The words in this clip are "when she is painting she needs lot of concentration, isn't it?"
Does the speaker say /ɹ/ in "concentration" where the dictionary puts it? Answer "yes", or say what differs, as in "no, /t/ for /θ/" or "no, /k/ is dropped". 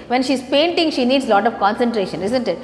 yes